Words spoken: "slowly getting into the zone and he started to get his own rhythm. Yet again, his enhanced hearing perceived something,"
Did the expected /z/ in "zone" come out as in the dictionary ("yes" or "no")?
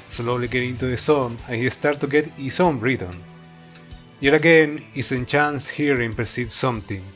no